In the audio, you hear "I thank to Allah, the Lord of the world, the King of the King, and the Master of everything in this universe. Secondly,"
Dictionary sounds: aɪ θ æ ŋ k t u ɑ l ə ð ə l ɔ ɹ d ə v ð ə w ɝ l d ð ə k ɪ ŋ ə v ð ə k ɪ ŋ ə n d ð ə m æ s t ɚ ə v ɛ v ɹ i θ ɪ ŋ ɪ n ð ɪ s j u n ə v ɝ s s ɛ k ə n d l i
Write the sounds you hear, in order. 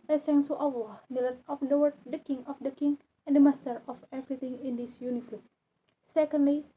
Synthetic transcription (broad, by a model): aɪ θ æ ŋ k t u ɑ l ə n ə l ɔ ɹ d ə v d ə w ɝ d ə k ɪ ŋ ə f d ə k ɪ ŋ ə n d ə m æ s t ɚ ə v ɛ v ɹ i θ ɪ ŋ ɪ n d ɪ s j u n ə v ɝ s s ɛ k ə n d l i